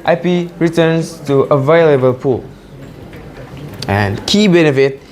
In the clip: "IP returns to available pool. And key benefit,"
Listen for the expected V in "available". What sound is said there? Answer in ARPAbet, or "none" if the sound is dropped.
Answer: V